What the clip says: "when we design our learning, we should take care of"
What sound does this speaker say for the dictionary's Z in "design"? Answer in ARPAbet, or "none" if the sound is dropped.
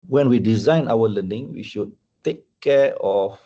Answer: Z